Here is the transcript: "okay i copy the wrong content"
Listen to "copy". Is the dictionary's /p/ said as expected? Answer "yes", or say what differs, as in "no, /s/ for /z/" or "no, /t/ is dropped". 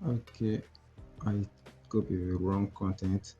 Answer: no, /b/ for /p/